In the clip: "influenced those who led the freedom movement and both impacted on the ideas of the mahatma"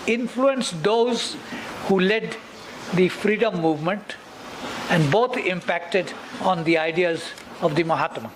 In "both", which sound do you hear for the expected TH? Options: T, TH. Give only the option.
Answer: T